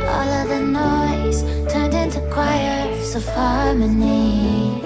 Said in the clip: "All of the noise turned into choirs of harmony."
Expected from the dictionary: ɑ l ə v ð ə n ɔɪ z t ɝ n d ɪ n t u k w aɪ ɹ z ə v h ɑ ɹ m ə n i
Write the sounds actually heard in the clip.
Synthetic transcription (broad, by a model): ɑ l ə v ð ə n ɔɪ z t ɝ n d ɪ n t u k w aɪ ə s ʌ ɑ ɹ m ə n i